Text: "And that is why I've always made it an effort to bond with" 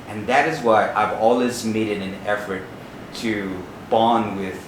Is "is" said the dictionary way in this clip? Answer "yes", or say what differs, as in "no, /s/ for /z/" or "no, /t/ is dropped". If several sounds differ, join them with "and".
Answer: yes